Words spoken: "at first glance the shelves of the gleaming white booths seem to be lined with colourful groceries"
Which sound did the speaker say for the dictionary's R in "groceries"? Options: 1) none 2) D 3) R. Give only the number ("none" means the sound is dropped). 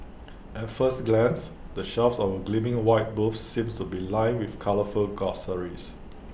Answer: 1